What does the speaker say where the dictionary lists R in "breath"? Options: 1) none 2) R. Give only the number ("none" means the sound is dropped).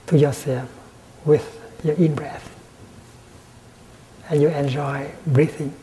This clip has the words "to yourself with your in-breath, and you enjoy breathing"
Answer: 2